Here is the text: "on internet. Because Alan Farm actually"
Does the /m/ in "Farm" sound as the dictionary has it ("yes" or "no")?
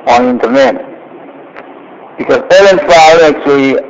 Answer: no